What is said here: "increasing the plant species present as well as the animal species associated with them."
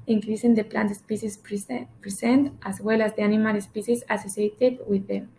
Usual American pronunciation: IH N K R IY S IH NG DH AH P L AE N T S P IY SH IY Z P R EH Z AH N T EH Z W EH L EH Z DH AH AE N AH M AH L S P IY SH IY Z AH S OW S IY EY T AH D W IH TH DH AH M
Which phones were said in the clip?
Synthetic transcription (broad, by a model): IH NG K R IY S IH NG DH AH P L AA N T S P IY S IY S P R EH S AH N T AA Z W EH L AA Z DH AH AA N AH M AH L S P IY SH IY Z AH S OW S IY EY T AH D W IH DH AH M